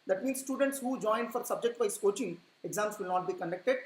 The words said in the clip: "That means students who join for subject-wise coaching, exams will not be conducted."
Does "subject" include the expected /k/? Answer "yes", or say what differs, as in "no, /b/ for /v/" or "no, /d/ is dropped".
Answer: yes